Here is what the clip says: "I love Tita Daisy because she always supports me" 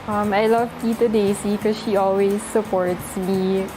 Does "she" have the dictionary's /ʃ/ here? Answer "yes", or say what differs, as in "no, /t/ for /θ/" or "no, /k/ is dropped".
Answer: yes